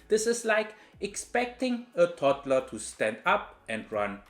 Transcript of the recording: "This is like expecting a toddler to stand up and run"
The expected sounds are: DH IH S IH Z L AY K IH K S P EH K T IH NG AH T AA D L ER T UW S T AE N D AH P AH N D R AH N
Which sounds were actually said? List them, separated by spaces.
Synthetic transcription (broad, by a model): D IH S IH S L AY K IH K S P EH K T IH NG AH T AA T L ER T UW S T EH N D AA P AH N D R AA N